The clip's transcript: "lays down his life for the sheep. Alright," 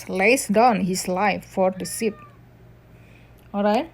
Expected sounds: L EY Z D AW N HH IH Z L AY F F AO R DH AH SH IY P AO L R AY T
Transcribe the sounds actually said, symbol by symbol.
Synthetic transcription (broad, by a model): L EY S D AW N HH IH S L AY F F AO R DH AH S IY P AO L R AY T